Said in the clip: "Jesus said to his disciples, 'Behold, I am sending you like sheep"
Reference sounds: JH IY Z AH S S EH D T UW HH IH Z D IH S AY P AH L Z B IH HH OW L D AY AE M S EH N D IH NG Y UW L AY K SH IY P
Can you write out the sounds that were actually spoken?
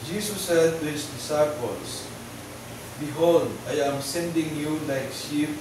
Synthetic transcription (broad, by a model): JH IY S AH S S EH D T UW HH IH S D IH S AY P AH L S B IH HH OW L D AY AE M S EH N D IH NG Y UW L AY K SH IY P